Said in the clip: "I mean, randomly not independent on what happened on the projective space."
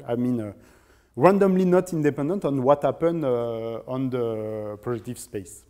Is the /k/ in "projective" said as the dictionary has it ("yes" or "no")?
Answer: no